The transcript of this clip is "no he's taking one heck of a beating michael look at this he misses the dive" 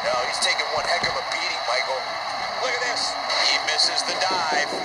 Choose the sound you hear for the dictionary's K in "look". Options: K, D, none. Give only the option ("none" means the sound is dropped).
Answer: none